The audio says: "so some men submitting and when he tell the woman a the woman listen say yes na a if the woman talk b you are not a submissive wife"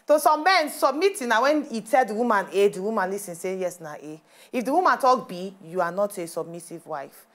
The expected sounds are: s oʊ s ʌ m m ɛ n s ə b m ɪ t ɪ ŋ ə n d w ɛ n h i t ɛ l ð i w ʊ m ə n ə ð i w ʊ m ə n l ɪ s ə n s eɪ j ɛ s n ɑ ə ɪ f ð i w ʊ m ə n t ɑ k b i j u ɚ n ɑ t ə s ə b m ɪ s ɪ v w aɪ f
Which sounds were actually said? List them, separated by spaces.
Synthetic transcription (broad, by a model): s oʊ s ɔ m m ɛ n s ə b m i t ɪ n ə w ɛ n i t ɛ l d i w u m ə n ə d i w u m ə n l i s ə n s eɪ j ɛ s n ɑ ə ɪ f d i w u m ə n t ɑ k b i j u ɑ n ɑ t ə s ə b m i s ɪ v w aɪ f